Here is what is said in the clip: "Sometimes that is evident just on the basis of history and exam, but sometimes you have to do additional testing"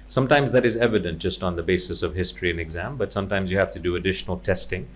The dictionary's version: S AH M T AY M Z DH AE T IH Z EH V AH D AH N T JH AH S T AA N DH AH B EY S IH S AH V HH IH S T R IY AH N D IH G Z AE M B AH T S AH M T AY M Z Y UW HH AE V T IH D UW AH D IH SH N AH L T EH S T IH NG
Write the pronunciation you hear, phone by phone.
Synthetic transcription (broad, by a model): S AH M T AY M Z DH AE T IH Z EH V AH D AH N T JH AH S T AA N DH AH B EY S IH S AH V HH IH S T R IY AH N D IH G Z AE M B AH T S AH M T AY M Z Y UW HH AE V T IH D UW AH D IH SH N AH L T EH S T IH NG